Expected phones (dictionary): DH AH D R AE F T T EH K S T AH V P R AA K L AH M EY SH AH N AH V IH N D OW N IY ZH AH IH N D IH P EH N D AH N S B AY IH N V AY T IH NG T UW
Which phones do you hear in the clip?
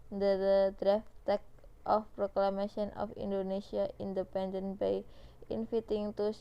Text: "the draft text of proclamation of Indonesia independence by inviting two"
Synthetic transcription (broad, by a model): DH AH D R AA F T T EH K T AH F P R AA K L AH M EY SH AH N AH F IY N D OW N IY S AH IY N D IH P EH N D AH N B AY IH N F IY T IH NG T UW